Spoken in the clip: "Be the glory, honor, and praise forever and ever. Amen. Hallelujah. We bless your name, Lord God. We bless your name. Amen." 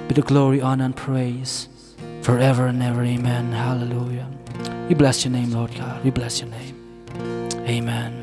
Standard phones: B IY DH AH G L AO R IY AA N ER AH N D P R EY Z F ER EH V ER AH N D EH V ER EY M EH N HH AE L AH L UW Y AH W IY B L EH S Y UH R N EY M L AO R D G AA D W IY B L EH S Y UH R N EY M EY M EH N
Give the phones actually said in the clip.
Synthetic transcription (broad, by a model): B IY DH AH G L AO R IY AA N ER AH N P R EY Z F ER EH V ER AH N EH V ER EY M EH N HH AE L AH L UW Y AH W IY B L EH S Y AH R N EY M L AO R D G AA D W IY B L EH S Y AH R N EY M EY M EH N